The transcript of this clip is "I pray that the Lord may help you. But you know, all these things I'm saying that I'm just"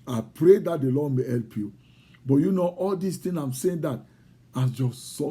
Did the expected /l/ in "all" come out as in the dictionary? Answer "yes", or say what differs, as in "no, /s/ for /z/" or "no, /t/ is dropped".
yes